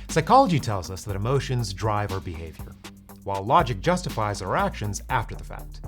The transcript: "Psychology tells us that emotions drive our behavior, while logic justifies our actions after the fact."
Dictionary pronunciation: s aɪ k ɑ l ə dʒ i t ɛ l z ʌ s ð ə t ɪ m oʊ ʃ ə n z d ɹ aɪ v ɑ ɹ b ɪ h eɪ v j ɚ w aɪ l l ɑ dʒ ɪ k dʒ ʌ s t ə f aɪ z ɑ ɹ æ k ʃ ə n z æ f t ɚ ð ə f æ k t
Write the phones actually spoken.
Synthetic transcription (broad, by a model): s aɪ k ɑ l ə dʒ i t ɛ l z ʌ s ð ə t ɪ m oʊ ʃ ə n z d ɹ aɪ v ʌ ɹ b ɪ h eɪ v j ɚ w aɪ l l ɑ dʒ ɪ k dʒ ʌ s t ə f aɪ z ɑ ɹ æ k ʃ ə n z æ f t ɚ ð ə f æ k t